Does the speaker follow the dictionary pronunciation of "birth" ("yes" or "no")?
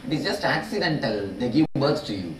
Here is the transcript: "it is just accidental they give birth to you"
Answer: no